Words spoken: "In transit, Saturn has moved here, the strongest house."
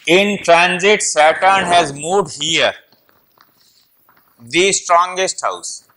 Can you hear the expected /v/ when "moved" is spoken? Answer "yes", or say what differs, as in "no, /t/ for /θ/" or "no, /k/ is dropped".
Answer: no, /v/ is dropped